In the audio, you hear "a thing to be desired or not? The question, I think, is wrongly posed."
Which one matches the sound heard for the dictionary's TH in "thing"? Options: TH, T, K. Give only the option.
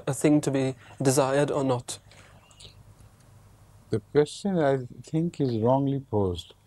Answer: TH